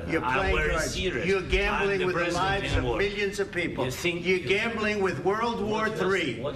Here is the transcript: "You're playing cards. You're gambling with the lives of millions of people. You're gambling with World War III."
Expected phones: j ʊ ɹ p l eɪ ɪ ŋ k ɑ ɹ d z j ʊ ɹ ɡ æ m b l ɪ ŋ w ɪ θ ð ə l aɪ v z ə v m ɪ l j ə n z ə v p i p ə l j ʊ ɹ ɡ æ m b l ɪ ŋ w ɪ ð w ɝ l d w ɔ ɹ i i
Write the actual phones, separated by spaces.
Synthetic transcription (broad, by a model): j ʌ ɹ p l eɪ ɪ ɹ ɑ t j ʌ ɹ ɡ æ m b l ɪ ŋ w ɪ ð ə l aɪ v z ə v m ɪ l j ə n z ə v p i p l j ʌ ɹ ɡ æ m b l ɪ ŋ w ɪ ð w ɝ l d w ɔ ɹ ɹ i